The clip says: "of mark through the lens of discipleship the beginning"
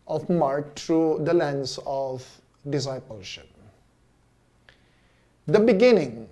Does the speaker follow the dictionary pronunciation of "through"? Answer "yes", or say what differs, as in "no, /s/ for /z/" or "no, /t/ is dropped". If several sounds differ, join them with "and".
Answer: no, /t/ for /θ/